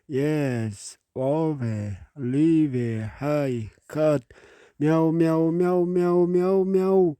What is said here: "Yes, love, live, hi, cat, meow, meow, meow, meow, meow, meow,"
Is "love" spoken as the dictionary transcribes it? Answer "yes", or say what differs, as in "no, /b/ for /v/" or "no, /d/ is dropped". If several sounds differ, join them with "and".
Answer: no, /w/ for /l/